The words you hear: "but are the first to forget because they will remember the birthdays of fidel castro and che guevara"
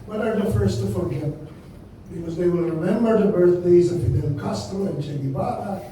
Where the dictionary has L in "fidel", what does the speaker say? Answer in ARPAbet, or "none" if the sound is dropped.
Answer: N